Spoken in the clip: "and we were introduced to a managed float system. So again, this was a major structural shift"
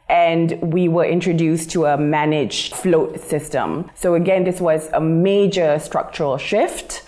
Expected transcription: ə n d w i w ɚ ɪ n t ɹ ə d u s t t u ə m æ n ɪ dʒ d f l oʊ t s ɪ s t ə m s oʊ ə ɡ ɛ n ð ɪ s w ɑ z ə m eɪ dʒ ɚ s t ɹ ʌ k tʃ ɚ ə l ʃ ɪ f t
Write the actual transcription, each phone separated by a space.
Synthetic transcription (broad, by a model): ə n d w i w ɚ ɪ n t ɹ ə d u s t t u ə m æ n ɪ dʒ f l oʊ t s ɪ s t ə m s oʊ ə ɡ ɛ n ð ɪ s w ɑ z ə m eɪ dʒ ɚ s t ɹ ʌ k tʃ ɚ ə l ʃ ɪ f t